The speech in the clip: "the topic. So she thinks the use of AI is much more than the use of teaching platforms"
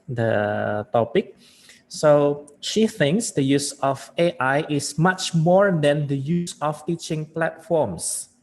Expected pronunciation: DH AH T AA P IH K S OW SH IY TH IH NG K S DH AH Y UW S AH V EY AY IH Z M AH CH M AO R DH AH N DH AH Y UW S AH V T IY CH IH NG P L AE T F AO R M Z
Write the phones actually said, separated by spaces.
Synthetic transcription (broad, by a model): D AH T AA P IH K S OW SH IY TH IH NG K S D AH Y UW S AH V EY AY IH S M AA CH M AO R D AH N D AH Y UW S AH F T IY CH IH NG P L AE T F AO M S